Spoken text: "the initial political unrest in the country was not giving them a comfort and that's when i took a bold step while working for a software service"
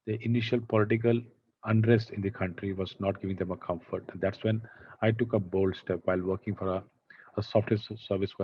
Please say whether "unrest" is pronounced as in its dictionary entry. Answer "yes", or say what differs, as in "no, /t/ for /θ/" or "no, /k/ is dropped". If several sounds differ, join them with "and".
yes